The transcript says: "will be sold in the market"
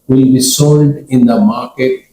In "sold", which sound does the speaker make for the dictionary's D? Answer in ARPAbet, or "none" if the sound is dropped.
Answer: D